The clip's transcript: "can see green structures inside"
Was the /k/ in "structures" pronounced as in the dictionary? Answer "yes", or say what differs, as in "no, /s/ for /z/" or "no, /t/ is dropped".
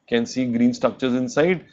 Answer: yes